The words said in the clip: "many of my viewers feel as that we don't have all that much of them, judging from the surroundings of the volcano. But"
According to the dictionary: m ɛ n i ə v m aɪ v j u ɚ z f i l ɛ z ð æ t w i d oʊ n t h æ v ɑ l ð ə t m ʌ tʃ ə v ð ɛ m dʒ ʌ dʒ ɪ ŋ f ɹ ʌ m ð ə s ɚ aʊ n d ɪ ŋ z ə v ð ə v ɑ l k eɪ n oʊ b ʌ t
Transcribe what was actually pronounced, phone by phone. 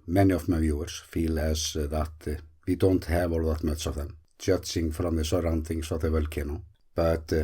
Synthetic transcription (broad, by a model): m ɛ n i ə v m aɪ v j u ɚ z f i l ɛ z ð æ t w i d oʊ n t h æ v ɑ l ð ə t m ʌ s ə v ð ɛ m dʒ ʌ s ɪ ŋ f ɹ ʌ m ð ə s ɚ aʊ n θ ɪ ŋ s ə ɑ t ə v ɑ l k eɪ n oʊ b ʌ t